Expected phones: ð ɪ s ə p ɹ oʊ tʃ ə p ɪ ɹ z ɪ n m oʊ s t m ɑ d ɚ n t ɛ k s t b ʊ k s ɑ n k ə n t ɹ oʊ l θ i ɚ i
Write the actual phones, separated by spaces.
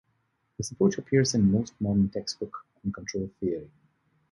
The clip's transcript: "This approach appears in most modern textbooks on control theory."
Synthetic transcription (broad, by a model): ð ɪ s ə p oʊ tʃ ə p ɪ ɹ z ɪ n m oʊ s t m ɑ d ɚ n t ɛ k s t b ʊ k ɑ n k ə n t ɹ oʊ l θ i ɚ i